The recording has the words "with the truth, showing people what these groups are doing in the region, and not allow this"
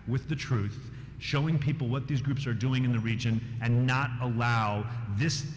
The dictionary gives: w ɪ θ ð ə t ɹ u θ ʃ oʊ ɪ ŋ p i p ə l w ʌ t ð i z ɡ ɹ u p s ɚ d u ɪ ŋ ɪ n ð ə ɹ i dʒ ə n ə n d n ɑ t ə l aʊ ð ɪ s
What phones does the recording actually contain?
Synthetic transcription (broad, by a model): w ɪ ð ə t ɹ u θ ʃ oʊ ɪ ŋ p i p l w ʌ t ð i z ɡ ɹ u p s ɚ d u ɪ ŋ ɪ n ð ə ɹ i dʒ ə n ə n n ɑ t ə l aʊ ð ɪ s